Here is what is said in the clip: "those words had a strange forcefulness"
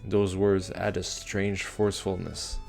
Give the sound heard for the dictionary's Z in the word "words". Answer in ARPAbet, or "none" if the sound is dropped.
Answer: Z